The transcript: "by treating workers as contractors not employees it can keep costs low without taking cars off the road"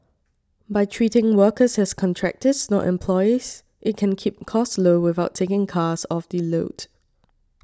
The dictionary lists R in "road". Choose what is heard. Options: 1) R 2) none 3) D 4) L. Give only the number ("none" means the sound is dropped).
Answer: 4